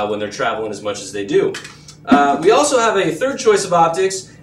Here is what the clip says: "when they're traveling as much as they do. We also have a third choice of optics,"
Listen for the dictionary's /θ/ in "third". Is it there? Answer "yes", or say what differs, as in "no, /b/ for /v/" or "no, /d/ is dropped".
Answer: yes